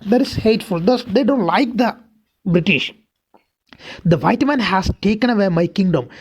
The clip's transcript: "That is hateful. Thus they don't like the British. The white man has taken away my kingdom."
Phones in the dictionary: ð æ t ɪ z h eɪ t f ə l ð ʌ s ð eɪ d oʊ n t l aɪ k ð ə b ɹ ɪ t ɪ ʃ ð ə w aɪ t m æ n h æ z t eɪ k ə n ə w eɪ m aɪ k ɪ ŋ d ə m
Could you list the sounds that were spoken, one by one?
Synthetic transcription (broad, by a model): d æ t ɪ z h eɪ t f ə l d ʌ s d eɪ d oʊ n t l aɪ k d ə b ɹ ɪ t ɪ ʃ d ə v aɪ t m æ n h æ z t eɪ k ə n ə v eɪ m aɪ k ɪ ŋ d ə m